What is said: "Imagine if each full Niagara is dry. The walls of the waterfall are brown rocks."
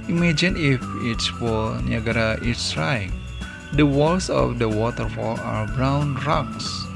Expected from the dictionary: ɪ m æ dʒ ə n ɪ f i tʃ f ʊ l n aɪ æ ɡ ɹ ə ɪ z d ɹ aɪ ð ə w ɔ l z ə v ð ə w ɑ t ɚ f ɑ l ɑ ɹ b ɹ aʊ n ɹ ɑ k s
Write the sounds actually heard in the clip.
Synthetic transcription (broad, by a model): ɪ m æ dʒ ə n ɪ f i s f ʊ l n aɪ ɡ ɹ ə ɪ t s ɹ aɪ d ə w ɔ l s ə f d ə w ɑ t ɚ f ɑ l ɑ ɹ b ɹ aʊ n ɹ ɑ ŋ s